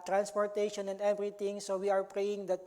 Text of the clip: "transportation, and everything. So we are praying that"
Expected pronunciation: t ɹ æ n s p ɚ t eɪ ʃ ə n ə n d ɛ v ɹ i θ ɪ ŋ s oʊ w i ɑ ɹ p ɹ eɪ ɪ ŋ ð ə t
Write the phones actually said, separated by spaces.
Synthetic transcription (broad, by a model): t ɹ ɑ n s p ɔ t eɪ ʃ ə n ə n d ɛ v ɹ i t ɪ ŋ s oʊ w i ɑ ɹ p ɹ eɪ ɪ ŋ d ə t